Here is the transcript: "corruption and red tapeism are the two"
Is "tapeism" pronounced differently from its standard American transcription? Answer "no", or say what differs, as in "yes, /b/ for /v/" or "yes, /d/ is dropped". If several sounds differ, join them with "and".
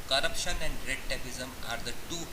yes, /b/ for /p/